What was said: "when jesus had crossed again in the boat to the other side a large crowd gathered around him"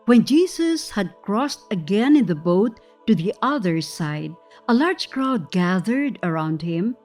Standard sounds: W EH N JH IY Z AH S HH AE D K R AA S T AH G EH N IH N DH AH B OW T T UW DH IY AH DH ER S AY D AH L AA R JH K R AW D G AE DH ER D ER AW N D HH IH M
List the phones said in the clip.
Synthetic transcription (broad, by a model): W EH N JH IY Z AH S HH AE D K R AA S T AH G EH N IH N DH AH B OW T T UW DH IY AH DH ER S AY D AH L AA R JH K R AW D G AE DH ER D ER AW N D HH IH M